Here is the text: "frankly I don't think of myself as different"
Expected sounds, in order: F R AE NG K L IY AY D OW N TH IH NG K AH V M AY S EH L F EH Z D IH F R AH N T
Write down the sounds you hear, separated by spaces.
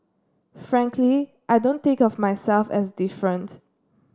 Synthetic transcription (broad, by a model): F R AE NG K L IY AY D OW N T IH K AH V M AY S EH L F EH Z D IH F R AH N T